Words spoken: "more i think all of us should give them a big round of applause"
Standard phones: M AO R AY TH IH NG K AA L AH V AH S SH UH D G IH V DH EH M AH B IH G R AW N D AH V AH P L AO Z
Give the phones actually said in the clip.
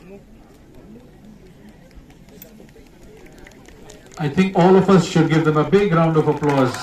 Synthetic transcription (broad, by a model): AY T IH NG K AA L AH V AH S SH UH D G IH V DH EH M AH B IH G R AW N D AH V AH P L AO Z